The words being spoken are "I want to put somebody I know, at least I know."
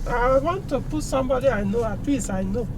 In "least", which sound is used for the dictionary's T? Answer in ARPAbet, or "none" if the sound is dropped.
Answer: none